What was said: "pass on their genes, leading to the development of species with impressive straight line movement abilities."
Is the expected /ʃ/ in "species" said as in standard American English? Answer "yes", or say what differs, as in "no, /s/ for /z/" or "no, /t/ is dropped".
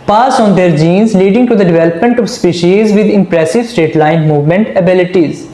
yes